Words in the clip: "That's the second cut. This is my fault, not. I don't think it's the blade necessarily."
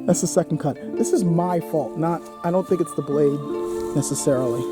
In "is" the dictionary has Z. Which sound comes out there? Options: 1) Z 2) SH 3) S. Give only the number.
1